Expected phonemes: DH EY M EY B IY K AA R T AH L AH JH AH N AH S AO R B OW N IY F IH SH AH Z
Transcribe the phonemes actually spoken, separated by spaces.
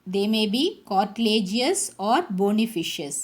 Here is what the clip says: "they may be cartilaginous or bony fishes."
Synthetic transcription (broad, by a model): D EY M EY B IY K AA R T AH L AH JH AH AH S AO R B OW N IY F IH SH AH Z